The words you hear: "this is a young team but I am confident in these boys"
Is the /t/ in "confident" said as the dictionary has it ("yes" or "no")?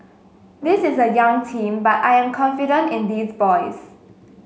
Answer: yes